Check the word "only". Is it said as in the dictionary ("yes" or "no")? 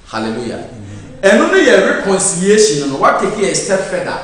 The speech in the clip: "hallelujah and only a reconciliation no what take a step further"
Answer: no